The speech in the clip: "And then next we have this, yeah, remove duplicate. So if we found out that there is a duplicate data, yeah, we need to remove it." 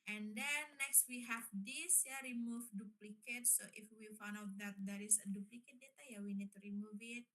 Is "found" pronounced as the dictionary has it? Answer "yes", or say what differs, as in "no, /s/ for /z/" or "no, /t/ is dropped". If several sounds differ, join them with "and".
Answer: no, /d/ is dropped